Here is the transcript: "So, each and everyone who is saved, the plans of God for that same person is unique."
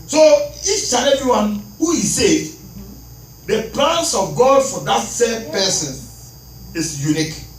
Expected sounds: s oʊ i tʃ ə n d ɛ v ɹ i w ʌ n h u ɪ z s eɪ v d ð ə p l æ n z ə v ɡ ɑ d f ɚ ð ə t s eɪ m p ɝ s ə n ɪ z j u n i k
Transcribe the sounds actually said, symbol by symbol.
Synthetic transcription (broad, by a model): s oʊ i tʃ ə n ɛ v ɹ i w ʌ n h u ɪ s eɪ d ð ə p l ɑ n s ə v ɡ ɑ d f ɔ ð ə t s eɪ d p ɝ s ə n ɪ s j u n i k